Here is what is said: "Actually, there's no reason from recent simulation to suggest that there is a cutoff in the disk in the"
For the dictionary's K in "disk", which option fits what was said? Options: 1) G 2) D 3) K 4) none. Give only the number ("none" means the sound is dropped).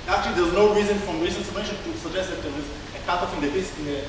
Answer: 4